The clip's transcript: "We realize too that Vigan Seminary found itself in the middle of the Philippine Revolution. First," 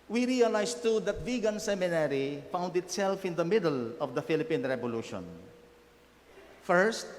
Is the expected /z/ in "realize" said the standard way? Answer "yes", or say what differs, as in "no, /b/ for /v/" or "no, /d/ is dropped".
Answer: no, /s/ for /z/